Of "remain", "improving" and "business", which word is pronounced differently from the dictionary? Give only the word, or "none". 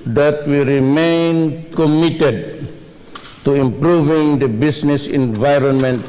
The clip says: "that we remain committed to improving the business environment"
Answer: business